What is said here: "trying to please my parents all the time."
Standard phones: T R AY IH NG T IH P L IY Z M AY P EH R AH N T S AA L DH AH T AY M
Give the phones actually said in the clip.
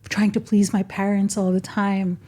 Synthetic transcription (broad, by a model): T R AY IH NG T IH P L IY Z M AY P EH R AH N T S AA L DH AH T AY M